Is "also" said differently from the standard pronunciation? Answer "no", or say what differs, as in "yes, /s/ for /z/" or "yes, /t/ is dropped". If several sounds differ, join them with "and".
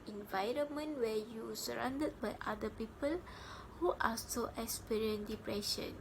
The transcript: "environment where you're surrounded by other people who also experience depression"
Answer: yes, /l/ is dropped